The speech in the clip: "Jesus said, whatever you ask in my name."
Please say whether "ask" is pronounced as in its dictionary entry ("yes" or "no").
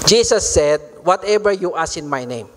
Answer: no